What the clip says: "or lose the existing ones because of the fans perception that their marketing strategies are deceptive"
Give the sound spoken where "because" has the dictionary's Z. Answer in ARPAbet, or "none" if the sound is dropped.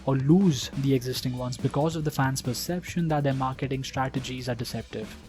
Z